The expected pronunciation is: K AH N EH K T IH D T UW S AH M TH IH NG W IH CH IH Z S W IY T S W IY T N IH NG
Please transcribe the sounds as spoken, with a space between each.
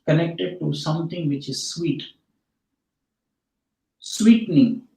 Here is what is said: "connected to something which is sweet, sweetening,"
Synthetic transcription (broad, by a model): K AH N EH K T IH D T UW S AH M T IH NG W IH CH IH Z S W IY T S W IY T N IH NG